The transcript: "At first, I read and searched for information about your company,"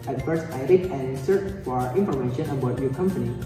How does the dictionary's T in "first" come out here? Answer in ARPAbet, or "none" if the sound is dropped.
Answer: none